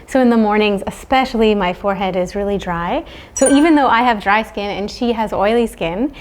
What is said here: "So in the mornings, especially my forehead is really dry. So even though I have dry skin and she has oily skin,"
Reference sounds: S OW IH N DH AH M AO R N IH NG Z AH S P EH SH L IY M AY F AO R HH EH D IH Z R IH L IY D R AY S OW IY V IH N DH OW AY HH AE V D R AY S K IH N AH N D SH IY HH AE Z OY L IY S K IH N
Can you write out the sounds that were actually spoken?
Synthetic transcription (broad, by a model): S OW IH N DH AH M AO R N IH NG Z AH S P EH SH L IY M AY F AO R HH EH D IH Z R IH L IY D R AY S OW IY V IH N DH OW AY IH V D R AY S K IH N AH N SH IY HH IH Z OY L IY S K IH N